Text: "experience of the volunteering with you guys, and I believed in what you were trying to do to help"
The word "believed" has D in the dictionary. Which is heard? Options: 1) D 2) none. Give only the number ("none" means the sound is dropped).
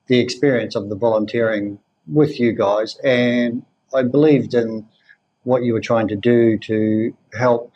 1